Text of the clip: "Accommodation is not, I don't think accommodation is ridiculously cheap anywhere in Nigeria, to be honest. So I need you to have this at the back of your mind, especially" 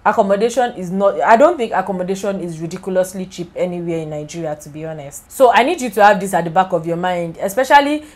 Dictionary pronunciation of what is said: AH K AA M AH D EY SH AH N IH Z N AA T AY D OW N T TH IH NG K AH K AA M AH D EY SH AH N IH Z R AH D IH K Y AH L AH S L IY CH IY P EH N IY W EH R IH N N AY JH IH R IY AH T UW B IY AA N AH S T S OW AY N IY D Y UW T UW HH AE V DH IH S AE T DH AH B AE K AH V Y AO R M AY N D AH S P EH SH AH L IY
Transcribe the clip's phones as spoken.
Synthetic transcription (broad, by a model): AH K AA M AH D EY SH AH N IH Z N AA T AY D OW N T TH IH NG K AH K AA M AH D EY SH AH N IH Z R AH D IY K Y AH L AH S L IY CH IY P EH N IY W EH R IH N N AY JH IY R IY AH T UW B IY AA N AH S T S OW AY N IY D Y UW T UW HH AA V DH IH S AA T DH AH B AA K AH V Y AO M AY N D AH S P EH SH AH L IY